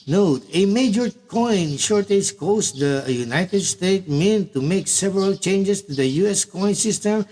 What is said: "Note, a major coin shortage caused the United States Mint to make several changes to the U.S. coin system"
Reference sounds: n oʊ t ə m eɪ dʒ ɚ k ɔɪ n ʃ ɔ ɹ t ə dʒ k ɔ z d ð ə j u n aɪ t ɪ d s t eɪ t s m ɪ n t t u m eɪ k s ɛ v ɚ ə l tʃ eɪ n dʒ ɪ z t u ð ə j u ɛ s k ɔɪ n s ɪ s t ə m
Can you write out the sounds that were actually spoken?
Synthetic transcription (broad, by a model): n oʊ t ə m eɪ dʒ ɚ k ɔɪ n ʃ ɔ ɹ t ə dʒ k ɔ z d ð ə j u n aɪ t ɪ d s t eɪ t m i n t t u m eɪ k s ɛ v ɚ ə l tʃ eɪ n dʒ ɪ s t u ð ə j u ɛ s k ɔɪ n s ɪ s t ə m